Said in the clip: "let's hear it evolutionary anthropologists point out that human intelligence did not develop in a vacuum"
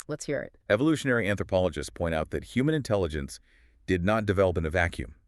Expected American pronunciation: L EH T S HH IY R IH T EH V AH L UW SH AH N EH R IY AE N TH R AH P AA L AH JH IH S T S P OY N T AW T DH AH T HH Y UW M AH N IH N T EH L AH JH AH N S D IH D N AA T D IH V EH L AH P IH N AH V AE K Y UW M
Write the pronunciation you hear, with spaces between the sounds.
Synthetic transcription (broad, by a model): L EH T S HH IY R IH T EH V AH L UW SH AH N EH R IY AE N TH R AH P AA L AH JH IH S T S P OY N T AW T DH AH T HH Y UW M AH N IH N T EH L AH JH AH N S D IH D N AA T D IH V EH L AH P IH N AH V AE K Y UW M